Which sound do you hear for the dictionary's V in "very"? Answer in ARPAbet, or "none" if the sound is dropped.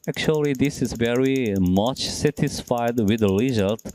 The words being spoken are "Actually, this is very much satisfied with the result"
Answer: V